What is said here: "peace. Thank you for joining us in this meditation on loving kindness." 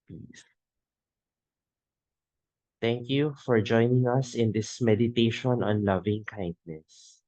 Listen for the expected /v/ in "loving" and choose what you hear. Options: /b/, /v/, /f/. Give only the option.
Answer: /v/